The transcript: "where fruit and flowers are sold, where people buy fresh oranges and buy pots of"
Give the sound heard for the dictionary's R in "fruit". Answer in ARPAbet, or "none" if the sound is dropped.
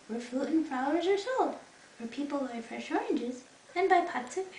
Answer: none